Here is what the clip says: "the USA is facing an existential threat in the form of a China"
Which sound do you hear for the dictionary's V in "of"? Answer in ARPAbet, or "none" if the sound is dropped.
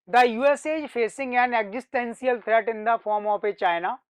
P